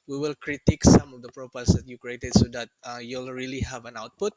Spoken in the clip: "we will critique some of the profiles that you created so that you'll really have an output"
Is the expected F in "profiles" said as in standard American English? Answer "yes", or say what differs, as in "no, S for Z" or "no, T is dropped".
no, P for F